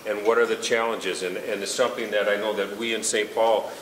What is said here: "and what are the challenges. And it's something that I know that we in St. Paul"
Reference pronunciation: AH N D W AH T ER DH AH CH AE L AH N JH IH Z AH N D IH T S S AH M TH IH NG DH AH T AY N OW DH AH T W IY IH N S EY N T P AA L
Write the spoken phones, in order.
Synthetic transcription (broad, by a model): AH N W AH T ER DH AH CH AE L AH N JH IH Z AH N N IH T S S AH M TH IH NG DH AH T AY N OW DH AH T W IY IH N S EY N P AA L